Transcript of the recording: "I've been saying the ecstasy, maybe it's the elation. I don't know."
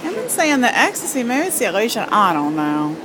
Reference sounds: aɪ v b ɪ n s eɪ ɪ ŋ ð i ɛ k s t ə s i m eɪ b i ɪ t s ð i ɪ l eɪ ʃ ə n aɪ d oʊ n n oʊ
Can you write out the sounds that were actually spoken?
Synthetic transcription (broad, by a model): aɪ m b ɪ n s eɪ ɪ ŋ ð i ɛ k s t ə s i m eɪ i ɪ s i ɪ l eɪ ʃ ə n aɪ d oʊ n n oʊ